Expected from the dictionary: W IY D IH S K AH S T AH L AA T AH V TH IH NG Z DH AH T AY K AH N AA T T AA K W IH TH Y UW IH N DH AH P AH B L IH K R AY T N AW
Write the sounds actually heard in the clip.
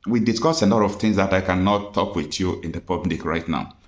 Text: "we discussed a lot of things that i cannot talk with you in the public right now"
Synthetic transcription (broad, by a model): W IY D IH S K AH S AH L AA T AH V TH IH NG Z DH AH T AY K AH N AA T T AA K W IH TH Y UW IH N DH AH P AH B L IH K R AY T N AW